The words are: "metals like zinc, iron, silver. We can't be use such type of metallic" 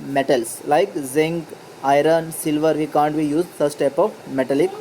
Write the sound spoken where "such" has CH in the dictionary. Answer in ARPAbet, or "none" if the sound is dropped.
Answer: S